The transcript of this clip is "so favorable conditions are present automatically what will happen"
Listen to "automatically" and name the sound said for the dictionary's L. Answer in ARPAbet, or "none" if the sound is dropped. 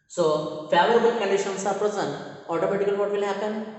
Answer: none